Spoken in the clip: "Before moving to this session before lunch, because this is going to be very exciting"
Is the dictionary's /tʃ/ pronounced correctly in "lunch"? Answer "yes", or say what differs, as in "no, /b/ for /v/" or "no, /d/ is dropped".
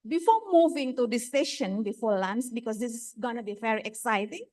no, /s/ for /tʃ/